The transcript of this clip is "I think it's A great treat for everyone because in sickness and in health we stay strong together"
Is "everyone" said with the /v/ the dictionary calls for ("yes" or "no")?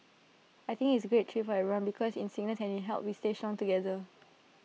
no